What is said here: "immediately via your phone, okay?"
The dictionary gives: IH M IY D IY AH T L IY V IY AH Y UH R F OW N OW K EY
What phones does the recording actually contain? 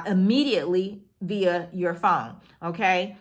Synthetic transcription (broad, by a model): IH M IY D IY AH T L IY V IY AH Y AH R F OW N OW K EY